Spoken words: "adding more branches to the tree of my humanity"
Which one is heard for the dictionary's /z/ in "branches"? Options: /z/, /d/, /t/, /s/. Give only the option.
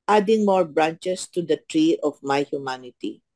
/s/